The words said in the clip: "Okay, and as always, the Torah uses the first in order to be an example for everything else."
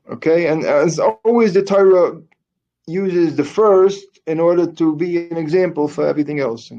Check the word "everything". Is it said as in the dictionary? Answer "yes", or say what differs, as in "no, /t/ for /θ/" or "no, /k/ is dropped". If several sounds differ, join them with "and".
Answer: yes